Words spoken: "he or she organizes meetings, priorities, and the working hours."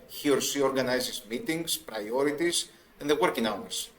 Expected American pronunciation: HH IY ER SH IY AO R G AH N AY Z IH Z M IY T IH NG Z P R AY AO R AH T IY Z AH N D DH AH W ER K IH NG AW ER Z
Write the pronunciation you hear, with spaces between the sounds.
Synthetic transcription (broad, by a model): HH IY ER S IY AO R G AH N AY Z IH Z M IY T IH NG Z P R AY AO R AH T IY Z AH N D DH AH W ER K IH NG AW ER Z